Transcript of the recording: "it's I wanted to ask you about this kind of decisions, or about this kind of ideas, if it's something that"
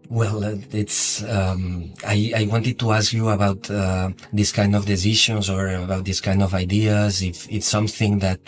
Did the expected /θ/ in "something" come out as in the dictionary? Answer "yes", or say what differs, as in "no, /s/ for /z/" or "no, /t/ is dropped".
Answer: yes